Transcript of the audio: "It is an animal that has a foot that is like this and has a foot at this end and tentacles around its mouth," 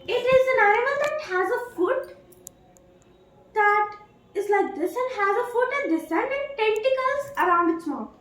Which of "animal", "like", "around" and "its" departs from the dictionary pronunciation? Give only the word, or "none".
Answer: animal